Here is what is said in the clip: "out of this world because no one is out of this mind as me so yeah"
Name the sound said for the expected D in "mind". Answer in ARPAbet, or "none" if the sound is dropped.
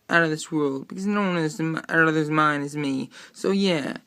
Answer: none